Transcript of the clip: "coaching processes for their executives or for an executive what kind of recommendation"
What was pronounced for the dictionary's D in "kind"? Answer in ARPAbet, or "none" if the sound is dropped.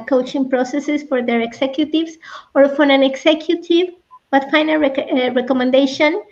none